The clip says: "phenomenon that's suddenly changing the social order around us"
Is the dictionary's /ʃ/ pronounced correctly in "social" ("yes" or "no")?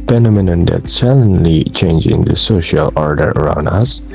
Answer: yes